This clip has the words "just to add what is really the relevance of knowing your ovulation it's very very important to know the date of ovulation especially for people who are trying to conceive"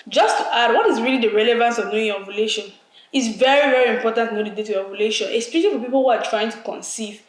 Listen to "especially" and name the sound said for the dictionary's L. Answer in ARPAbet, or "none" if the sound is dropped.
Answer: none